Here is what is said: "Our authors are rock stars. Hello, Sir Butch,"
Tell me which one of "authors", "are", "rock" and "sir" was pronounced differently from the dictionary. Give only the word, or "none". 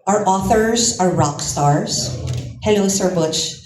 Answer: none